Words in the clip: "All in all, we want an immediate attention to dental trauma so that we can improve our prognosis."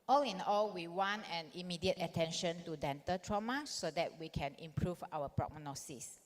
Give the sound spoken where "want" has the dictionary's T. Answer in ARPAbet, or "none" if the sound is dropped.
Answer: none